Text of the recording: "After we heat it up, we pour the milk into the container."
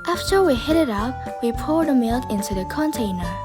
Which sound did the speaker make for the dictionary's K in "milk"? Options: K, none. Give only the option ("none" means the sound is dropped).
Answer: K